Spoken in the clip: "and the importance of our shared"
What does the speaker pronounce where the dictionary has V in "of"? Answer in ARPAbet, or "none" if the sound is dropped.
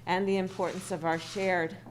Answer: V